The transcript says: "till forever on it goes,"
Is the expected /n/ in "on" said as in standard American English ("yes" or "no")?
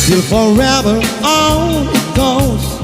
no